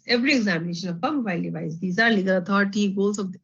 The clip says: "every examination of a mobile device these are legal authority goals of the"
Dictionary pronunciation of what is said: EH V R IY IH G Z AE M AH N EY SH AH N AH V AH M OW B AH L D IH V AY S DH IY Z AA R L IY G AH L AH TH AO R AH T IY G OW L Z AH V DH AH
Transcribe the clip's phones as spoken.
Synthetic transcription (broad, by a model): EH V R IY IH G Z AE M AH N EY SH AH N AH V AH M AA AH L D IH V AY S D IY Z AA R L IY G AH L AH T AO R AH T IY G OW L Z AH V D